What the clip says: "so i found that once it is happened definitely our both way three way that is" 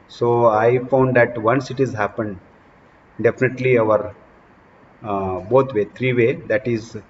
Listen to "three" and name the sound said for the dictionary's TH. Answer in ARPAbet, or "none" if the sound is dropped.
T